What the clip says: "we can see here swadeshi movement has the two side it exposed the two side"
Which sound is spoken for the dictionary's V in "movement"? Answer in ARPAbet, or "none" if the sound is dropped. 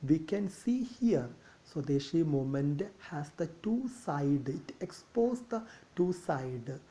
none